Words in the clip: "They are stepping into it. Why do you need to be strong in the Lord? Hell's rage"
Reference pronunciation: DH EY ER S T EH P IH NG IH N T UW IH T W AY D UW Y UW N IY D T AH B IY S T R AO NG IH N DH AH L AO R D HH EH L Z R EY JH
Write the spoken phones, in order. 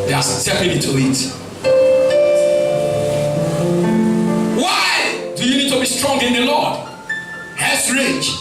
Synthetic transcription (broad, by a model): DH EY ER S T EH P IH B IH T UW IH T W AY D UW Y UW N IY D T AH B IY S T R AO NG IH N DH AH L AO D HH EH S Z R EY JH